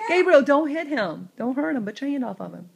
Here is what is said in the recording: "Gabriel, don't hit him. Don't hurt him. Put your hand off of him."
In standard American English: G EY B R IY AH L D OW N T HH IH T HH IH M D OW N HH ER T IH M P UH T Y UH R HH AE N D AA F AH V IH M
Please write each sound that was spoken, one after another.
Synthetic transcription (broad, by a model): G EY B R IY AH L D OW N T HH IH T HH IH M D OW N HH ER T IH M B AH T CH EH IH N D AA F AH V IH M